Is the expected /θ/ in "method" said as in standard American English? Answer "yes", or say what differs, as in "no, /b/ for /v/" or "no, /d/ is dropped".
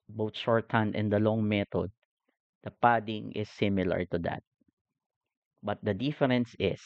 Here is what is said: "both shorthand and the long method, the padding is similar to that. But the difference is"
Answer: no, /t/ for /θ/